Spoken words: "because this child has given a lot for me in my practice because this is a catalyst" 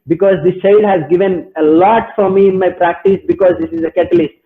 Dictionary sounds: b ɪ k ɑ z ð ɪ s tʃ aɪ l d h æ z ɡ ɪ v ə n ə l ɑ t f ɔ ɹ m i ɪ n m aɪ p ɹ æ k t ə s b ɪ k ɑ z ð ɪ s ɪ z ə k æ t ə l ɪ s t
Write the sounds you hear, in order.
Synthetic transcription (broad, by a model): b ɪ k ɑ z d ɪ s tʃ aɪ l d h æ z ɡ ɪ v ə n ə l ɑ t f ɔ ɹ m i ɪ n m aɪ p ɹ æ k t ə s b ɪ k ɑ z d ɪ s ɪ z ə k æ t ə l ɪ s t